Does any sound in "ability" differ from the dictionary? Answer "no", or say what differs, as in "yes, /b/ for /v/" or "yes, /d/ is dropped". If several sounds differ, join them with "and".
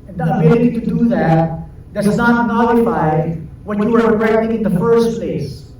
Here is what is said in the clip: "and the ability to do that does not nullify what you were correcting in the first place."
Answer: yes, /l/ is dropped